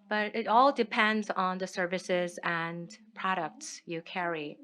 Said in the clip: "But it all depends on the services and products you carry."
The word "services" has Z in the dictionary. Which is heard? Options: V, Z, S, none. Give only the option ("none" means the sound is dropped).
Z